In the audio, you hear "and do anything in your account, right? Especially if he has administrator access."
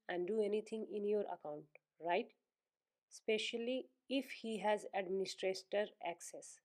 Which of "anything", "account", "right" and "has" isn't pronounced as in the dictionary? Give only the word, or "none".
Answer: anything